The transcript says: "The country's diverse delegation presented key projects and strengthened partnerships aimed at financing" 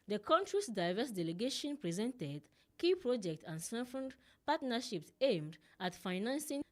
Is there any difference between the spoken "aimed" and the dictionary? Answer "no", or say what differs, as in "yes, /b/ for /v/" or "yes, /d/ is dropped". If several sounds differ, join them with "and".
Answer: no